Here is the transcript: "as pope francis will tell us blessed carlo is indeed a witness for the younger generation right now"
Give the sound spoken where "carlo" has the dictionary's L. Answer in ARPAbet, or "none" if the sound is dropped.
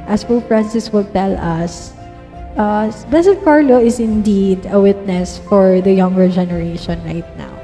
L